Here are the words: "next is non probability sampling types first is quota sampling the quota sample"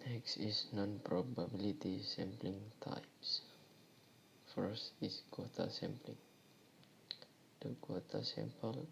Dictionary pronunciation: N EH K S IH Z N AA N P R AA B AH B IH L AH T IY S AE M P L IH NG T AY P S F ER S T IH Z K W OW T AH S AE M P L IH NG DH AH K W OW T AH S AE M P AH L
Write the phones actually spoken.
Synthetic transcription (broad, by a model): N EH K S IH S N AA N P R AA B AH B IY L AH T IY S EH M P L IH NG T AY P S F ER S T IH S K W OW T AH S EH M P L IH NG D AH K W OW T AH S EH M P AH L